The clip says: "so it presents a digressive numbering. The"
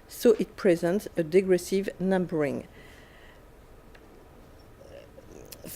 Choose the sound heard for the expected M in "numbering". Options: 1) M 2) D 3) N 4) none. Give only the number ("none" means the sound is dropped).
1